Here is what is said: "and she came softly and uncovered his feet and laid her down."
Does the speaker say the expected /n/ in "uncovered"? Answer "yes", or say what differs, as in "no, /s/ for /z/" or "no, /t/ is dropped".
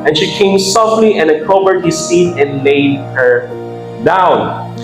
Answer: no, /n/ is dropped